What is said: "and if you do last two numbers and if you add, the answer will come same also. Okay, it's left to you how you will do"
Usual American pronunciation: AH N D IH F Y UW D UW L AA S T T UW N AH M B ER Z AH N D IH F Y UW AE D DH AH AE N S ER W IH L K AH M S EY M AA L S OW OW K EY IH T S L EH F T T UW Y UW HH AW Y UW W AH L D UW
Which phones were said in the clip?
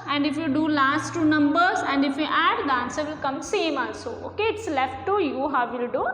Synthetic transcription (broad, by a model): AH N D IH F Y UW D UW L AA S T T UW N AH M B ER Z AH N D IH F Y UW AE D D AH N S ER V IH L K AH M S EY M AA N S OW OW K EY IH T S L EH F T T UW Y UW HH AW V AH L D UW